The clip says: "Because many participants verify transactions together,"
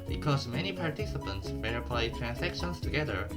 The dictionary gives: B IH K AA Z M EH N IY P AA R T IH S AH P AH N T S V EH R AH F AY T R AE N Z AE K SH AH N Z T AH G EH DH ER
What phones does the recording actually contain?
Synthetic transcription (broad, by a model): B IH K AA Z M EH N IY P AA R T IH S AH P AH N T S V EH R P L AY T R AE N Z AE K SH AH N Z T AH G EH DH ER